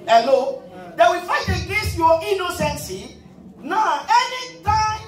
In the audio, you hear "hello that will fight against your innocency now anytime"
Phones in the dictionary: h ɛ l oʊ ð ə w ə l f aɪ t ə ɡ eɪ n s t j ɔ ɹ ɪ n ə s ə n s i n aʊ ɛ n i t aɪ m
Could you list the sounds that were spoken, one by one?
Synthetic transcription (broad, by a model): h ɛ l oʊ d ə w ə f aɪ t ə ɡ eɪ s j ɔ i n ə s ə n s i n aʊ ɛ n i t aɪ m